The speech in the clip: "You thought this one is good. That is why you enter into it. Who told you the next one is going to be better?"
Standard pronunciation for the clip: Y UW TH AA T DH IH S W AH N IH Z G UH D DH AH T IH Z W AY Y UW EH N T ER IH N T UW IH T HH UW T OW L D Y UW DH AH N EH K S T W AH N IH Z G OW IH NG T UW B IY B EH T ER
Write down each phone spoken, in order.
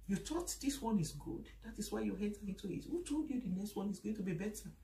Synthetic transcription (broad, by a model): Y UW T AA T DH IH S W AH N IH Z G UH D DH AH T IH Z W AY Y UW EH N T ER IH N T UW IH T HH UW T OW L D Y UW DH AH N EH K S T W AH N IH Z G OW IH NG T UW B IY B EH T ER